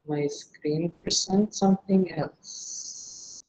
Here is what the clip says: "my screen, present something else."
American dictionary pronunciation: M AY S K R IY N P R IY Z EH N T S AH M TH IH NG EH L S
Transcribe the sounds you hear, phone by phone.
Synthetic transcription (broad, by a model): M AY S K R IY N P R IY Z EH N T S AH M TH IH NG EH L S